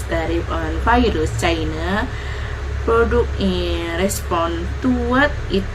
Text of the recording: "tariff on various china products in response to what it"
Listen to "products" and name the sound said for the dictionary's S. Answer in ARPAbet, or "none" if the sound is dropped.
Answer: none